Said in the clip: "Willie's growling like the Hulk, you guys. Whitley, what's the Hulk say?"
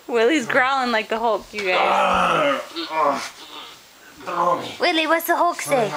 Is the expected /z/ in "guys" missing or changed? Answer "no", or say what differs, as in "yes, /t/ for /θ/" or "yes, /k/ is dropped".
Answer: yes, /z/ is dropped